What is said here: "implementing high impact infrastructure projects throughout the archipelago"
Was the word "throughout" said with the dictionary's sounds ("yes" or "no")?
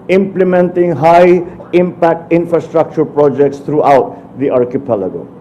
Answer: no